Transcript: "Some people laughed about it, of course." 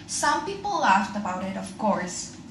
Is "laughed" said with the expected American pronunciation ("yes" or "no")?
yes